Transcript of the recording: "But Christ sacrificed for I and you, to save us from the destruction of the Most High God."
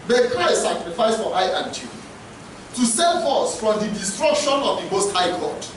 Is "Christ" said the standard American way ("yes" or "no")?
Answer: no